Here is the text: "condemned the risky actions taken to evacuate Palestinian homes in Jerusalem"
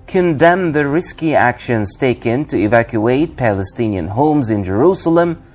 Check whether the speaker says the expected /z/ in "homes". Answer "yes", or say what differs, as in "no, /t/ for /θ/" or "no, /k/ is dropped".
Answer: yes